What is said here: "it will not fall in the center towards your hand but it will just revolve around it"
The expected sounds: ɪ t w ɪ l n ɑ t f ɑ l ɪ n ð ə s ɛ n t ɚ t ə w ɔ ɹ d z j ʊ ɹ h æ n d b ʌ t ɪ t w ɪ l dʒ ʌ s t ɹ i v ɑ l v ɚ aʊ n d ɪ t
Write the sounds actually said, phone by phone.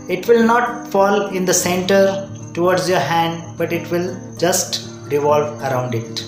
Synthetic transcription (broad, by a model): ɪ t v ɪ l n ɑ t f ɑ l ɪ n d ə s ɛ n t ɚ t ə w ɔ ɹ d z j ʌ ɹ h æ n d b ʌ t ɪ t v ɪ l dʒ ʌ s t ɹ i v ɑ l v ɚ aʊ n d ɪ t